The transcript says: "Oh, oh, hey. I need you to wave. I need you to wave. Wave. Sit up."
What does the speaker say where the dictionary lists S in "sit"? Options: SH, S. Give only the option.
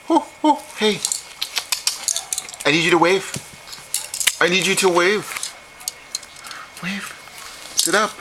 S